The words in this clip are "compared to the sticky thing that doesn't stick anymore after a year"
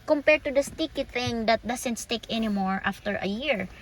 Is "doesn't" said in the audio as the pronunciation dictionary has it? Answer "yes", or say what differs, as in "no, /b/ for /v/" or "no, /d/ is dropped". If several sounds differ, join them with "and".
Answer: no, /s/ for /z/